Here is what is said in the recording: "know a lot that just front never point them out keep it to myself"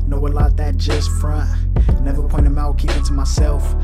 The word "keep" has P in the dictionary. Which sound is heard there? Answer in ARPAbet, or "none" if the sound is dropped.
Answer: none